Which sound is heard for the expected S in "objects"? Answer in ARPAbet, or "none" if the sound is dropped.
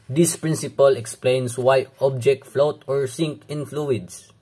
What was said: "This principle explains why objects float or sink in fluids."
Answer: none